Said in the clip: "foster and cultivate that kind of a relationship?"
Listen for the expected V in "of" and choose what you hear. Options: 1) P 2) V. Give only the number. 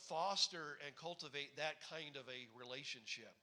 2